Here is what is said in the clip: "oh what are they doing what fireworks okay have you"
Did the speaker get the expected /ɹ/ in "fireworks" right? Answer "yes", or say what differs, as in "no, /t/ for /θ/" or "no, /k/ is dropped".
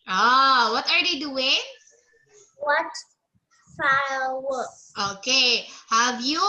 no, /l/ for /ɹ/